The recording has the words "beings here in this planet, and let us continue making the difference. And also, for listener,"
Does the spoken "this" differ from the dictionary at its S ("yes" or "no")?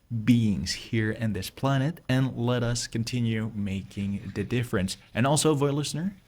no